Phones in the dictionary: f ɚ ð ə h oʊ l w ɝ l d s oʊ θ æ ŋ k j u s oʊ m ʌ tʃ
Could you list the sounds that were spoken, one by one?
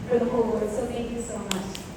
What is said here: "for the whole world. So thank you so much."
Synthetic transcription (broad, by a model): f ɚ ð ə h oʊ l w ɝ d s oʊ t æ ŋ k j u s oʊ m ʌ tʃ